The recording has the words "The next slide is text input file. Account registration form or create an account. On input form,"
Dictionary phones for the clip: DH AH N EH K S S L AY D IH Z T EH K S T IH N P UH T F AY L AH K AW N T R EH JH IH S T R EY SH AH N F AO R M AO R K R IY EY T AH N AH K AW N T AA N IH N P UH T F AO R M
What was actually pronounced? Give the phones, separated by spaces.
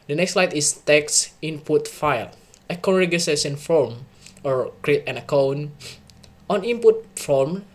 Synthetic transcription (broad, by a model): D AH N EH K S S L AY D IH S T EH K S IH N P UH T F AY L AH K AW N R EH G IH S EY S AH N F AO R M AO R K R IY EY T AH N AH K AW N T AA N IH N P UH T F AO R M